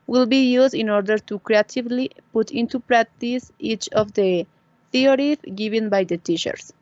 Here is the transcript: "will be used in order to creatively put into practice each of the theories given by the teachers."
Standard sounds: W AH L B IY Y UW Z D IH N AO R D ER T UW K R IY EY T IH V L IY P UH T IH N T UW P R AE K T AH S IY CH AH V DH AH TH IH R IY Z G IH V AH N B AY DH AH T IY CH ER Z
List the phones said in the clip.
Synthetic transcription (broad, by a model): W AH L B IY Y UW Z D IH N AO R D ER T UW K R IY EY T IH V L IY P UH T IH N T UW P R AE K T AH S IY CH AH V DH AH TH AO R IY G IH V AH N B AY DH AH T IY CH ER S